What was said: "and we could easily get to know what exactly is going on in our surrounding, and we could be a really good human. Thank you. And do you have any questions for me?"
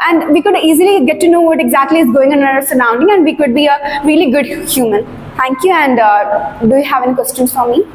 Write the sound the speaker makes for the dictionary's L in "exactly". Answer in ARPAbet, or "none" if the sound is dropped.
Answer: L